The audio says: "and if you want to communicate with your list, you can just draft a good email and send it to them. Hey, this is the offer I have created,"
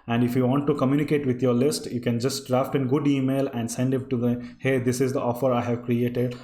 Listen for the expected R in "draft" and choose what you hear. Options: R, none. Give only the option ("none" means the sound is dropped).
R